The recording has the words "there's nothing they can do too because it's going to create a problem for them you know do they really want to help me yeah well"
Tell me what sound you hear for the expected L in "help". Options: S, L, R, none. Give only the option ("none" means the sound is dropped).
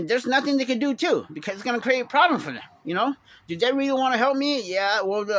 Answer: L